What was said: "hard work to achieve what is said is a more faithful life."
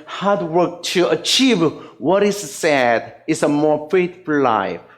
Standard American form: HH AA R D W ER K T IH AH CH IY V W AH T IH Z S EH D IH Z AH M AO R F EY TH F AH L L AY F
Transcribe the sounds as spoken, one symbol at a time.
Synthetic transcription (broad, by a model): HH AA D W ER K T IH AH CH IY V W AH T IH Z S EH D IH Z AH M AO R F EY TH F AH L L AY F